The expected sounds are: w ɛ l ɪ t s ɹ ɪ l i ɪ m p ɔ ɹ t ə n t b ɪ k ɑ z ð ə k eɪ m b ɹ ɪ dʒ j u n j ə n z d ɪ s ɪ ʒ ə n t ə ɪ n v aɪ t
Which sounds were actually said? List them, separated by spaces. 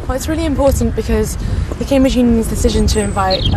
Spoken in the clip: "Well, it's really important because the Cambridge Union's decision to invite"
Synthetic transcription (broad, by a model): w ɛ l ɪ t s ɹ ɪ l i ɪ m p ɔ t n b ɪ k ɑ z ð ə k eɪ m b ɹ ɪ dʒ j u n j ə n z d ɪ s ɪ ʒ ə n t ə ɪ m v aɪ t